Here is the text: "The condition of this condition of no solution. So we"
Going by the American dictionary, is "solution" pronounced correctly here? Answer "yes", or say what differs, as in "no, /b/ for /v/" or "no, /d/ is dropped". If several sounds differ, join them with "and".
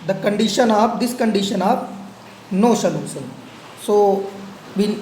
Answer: no, /s/ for /ʃ/